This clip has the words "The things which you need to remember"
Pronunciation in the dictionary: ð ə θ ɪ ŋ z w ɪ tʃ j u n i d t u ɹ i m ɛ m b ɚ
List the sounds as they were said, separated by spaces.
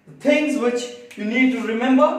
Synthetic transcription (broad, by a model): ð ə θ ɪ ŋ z w ɪ tʃ j u n i d t u ɹ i m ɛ m b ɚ